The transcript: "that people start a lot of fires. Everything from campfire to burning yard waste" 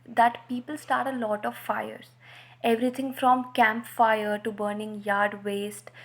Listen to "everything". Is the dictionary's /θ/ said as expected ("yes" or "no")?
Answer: no